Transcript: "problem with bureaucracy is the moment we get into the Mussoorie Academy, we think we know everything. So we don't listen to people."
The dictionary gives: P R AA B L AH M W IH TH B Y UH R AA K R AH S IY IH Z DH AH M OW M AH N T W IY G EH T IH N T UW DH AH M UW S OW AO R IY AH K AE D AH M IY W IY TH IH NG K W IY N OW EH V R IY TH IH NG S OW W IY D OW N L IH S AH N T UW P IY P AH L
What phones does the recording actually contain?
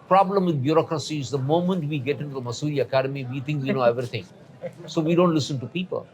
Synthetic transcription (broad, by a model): P R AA B L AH M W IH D B Y UH R AA K R AH S IY IH Z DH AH M OW M AH N T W IY G EH T IH N T UW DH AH M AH S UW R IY AH K AE D AH M IY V IY T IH NG K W IY N OW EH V R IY T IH NG S OW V IY D OW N L IH S AH N T UW P IY P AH L